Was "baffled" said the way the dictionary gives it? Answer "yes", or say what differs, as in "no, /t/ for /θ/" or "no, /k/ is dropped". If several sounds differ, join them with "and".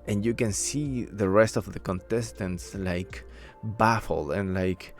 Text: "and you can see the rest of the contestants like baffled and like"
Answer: no, /d/ is dropped